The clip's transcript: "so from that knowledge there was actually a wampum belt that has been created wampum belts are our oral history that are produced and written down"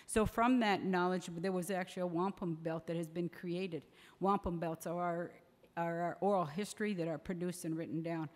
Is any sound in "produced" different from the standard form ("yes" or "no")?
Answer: no